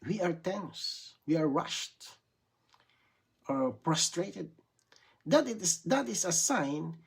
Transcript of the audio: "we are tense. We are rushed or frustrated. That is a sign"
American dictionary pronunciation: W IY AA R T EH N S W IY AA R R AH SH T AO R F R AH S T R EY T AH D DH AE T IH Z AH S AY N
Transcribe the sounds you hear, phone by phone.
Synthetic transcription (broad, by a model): W IY AA R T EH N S W IY AA R R AH SH T AO R P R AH S T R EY T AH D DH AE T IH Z AH S AY N